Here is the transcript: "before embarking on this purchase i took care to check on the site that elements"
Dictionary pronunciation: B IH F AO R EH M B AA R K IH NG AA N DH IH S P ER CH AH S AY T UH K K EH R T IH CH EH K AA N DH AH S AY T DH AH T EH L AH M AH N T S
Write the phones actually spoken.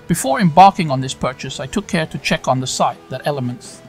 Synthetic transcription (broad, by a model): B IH F AO R EH M B AA R K IH NG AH N DH IH S P ER CH AH S AY T UH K K EH R T IH CH EH K N DH AH S AY T DH AH T EH L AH M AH N T S